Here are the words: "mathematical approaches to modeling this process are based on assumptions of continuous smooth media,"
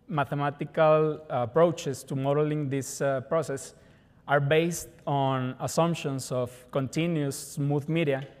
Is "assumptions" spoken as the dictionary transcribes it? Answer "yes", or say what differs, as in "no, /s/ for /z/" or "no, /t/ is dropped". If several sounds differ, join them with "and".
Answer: no, /s/ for /z/